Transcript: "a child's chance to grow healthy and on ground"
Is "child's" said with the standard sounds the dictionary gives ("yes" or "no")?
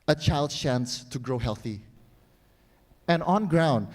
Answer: no